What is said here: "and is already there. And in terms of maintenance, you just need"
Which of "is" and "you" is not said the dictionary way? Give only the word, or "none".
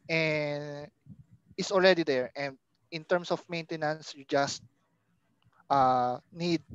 is